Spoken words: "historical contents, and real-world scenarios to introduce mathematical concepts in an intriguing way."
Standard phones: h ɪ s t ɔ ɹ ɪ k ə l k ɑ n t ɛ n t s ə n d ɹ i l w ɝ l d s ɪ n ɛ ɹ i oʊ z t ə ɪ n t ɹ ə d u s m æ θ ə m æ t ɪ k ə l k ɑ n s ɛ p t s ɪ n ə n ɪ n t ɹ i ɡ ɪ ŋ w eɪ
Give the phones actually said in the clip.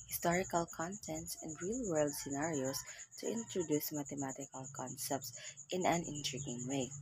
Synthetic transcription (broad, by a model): h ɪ s t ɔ ɹ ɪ k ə l k ɑ n t ɛ n t s ə n d ɹ i l w ɝ l d s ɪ n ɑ ɹ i oʊ s t ə ɪ n t ɹ ə d u s m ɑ t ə m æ t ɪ k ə l k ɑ n s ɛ p t s ɪ n ə n ɪ n t ɹ i ɡ ɪ ŋ w eɪ